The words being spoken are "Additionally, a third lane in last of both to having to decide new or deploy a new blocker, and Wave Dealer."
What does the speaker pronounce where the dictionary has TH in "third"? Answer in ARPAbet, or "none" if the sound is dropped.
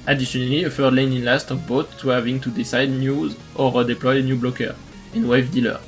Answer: F